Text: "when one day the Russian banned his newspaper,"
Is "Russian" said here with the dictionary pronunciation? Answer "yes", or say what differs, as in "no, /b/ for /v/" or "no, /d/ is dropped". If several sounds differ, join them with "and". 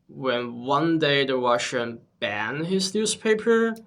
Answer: no, /w/ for /ɹ/